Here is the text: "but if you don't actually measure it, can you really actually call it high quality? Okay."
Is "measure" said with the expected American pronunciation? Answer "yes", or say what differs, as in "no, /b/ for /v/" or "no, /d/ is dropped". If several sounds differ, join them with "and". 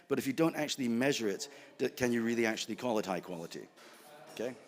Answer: yes